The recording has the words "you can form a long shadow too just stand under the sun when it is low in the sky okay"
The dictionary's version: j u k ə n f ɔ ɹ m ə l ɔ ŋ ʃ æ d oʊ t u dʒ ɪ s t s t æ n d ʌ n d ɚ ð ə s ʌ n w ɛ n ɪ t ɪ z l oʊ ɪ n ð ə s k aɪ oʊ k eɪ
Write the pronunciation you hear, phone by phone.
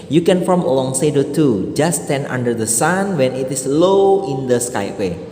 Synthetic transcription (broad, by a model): j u k ə n f ɔ ɹ m ə l ɔ ŋ s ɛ d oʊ t u dʒ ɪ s s t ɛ n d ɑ n d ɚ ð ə s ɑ n w ɛ n ɪ t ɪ s l oʊ ɪ n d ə s k aɪ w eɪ